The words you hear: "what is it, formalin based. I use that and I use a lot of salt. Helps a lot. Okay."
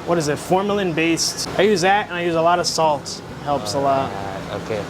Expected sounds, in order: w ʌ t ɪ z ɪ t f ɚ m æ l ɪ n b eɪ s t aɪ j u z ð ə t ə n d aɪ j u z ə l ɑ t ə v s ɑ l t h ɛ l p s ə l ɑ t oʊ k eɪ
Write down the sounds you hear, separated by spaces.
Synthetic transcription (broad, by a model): w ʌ t ɪ z ɪ t f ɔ m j l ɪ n b eɪ s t aɪ j u z ð ə t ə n aɪ j u z ə l ɑ t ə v s ɑ l t h ɛ l p s ə l ɑ t oʊ k eɪ